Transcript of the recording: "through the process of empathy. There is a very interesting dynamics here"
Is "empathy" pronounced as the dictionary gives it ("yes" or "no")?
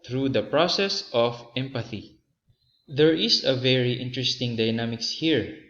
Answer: yes